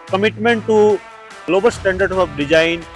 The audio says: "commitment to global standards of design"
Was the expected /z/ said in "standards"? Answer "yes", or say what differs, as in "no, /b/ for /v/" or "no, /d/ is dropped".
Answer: no, /z/ is dropped